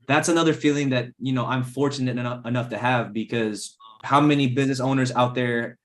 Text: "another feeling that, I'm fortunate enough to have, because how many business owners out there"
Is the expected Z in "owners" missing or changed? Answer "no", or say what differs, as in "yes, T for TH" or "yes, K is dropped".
no